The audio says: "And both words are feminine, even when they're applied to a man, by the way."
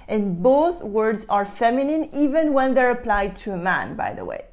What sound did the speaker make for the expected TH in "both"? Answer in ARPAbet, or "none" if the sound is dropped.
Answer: TH